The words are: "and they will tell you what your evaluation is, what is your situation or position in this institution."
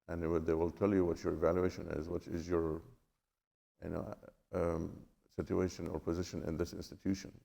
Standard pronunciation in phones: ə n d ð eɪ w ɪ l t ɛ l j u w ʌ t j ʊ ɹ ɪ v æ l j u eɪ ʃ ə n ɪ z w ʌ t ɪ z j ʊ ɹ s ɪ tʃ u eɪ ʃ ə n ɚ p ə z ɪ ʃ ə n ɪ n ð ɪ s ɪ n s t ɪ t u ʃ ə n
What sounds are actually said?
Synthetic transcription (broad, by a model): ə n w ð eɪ w ɪ l t ɛ l j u w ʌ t j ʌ ɹ ɪ v æ l j u eɪ ʃ ə n ɪ z w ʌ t ɪ z j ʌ ɹ s ɪ tʃ u eɪ ʃ ə n ɚ p ə z ɪ ʃ ə n ɪ n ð ɪ s ɪ n s t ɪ t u ʃ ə n